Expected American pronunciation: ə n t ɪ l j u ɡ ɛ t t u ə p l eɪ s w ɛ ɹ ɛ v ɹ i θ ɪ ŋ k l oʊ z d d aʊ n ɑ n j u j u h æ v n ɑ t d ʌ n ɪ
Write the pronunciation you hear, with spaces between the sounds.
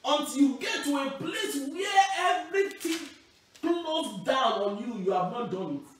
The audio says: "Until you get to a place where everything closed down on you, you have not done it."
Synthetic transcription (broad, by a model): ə n t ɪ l j u ɡ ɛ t t u ə p l eɪ s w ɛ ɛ v ɹ i t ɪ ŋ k l oʊ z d d aʊ n ɑ n j u j u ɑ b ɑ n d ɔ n